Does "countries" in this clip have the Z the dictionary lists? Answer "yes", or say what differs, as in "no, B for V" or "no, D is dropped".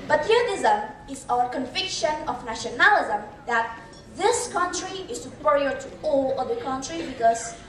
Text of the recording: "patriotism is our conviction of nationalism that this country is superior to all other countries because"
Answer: no, Z is dropped